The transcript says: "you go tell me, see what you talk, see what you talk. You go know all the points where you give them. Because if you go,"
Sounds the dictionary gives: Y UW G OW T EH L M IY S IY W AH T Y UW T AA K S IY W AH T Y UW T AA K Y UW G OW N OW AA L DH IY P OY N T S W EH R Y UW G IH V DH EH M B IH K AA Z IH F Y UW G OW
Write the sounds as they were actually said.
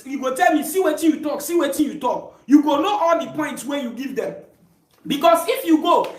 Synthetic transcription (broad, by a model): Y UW G OW T EH L M IY S IY W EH T Y UW T AA K S IY W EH T Y UW T AA K Y UW G OW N OW AA L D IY P OY N T S W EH Y UW G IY V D EH M B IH K AA S IH F Y UW G OW